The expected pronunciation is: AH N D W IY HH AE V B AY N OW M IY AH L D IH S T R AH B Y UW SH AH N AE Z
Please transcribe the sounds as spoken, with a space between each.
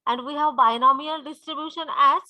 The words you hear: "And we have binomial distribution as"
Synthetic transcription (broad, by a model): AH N D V IY HH AE V B AY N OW M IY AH L D IH S T R AH B Y UW SH AH N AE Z